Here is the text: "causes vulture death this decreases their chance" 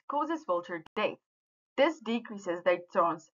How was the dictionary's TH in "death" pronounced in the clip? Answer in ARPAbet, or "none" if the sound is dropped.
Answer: T